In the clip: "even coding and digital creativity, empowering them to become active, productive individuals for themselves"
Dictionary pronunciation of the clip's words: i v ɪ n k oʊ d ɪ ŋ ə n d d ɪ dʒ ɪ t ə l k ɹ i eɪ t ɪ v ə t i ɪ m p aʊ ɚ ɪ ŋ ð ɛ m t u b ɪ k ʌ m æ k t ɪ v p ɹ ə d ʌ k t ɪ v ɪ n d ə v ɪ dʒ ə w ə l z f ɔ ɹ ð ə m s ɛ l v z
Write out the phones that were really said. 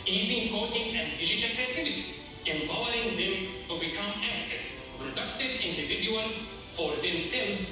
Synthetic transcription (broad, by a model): i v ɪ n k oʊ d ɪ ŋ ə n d d ɪ dʒ ɪ t ə l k ɛ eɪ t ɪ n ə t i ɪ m b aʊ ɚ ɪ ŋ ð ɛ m t u b ɪ k ʌ m æ k t ɪ v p ɹ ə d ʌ k t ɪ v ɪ n d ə v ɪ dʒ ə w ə l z f ɔ ɹ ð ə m s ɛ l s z